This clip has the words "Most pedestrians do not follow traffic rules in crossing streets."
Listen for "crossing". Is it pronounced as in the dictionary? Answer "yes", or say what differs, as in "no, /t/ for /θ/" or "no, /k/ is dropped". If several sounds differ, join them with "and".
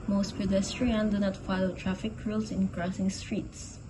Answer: yes